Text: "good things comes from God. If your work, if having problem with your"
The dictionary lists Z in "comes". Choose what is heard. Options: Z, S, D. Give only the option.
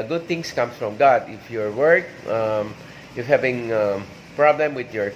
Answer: S